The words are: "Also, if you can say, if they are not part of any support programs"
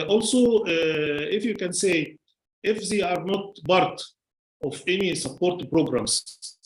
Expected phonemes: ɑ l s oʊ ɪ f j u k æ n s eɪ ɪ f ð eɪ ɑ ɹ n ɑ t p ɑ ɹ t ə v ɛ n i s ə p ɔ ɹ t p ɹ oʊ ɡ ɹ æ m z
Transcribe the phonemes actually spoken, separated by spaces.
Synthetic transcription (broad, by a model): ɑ l s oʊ ɪ f j u k æ n s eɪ ɪ f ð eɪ ɑ ɹ n ɑ t b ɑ ɹ t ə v ɛ n i s ə p ɔ ɹ t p ɹ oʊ ɡ ɹ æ m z